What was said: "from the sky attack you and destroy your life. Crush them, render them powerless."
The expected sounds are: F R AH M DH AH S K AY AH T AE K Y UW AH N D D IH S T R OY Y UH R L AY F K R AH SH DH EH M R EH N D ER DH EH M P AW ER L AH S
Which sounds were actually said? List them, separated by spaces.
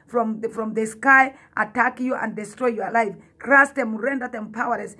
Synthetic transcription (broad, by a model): F R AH M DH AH S K AY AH T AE K Y UW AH N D D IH S T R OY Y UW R L AY F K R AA S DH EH M R EH N D ER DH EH M P AW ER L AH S